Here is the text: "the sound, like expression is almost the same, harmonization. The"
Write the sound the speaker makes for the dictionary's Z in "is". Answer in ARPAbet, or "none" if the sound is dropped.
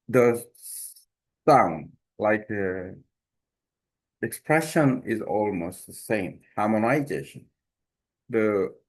Z